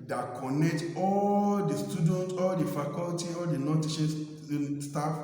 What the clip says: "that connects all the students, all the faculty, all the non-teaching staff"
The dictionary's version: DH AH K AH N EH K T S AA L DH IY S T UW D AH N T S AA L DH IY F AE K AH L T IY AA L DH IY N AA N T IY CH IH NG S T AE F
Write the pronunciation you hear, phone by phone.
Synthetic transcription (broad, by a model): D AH K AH N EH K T AA L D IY S T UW D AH N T AA L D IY F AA K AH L T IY AA L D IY N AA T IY SH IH S T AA F